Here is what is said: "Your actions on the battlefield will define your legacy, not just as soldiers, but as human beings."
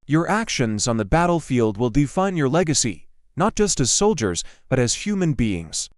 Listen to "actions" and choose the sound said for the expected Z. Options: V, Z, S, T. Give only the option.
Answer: Z